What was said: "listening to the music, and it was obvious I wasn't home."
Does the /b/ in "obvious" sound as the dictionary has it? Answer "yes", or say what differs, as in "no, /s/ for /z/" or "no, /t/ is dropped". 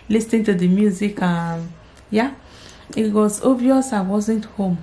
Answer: no, /b/ is dropped